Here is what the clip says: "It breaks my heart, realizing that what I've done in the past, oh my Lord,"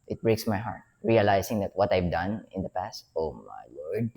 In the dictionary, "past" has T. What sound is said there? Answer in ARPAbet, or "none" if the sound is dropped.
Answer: T